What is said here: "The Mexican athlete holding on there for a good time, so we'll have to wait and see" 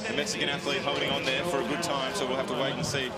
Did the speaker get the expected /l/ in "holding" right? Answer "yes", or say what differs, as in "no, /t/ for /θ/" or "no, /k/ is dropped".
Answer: no, /l/ is dropped